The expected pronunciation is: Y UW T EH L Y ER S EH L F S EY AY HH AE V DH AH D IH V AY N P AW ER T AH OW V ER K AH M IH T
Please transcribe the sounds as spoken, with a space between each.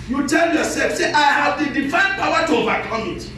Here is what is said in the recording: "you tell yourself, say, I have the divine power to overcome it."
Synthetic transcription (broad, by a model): Y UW T EH L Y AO S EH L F S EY AY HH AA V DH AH D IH F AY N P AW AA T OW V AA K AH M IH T